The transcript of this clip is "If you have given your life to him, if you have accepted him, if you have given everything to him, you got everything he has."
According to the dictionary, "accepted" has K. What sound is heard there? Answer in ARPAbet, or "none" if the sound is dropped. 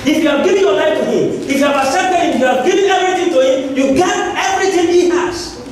none